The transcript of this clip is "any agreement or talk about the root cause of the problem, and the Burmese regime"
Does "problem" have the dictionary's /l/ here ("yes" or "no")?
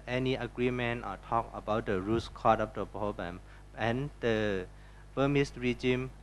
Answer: no